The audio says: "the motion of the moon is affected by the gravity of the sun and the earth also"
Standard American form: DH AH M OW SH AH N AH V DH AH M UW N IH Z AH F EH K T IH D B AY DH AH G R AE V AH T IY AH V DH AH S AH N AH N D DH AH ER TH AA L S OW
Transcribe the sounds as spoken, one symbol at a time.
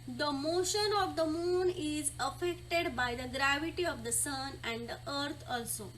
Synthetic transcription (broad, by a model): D AH M OW SH AH N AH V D AH M UW N IH Z AH F EH K T IH D B AY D AH G R AE V AH T IY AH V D AH S AH N AH N D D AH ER T AA L S OW